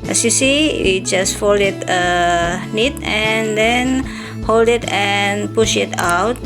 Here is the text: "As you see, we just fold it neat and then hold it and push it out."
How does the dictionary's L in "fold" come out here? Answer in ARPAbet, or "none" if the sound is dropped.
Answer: L